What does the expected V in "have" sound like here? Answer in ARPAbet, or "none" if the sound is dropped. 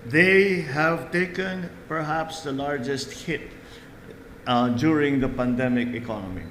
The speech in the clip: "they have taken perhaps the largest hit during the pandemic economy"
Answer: V